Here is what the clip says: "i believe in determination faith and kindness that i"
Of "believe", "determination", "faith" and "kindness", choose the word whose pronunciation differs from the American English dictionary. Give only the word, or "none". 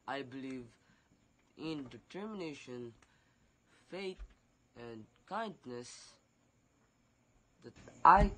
faith